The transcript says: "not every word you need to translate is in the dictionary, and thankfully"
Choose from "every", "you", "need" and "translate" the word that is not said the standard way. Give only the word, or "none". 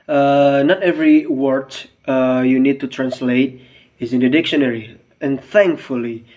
none